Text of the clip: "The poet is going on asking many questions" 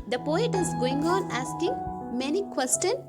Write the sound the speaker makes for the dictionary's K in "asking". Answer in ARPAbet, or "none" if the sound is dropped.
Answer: K